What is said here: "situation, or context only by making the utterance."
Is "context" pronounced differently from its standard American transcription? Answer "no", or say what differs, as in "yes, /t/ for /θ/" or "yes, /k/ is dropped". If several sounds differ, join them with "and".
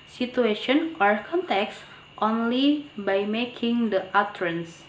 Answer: no